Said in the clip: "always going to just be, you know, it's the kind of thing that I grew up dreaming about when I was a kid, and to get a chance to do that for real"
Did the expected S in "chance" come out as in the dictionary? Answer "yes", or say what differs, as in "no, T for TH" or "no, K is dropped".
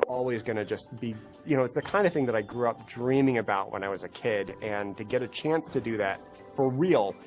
yes